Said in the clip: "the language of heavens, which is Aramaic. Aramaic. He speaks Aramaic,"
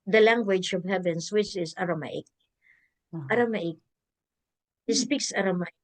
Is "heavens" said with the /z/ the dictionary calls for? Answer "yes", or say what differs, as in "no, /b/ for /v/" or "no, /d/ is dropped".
no, /s/ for /z/